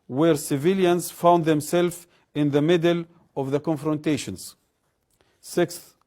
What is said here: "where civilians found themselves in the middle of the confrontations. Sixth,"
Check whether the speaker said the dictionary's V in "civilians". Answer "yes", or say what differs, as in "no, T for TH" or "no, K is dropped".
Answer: yes